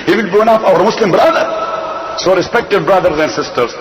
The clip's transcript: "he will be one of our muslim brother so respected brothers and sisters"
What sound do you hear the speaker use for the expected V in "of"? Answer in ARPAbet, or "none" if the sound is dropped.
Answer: F